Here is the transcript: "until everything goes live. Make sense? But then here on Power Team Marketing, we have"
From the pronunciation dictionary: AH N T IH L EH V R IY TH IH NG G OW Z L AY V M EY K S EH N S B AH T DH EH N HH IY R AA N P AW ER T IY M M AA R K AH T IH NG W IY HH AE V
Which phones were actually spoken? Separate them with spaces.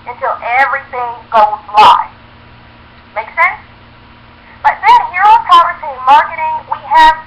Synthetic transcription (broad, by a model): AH N T IH L EH V R IY TH IH NG G OW Z L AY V M EY K S EH N S B AH T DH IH N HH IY R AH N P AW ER S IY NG M AA R K AH T IH NG W IY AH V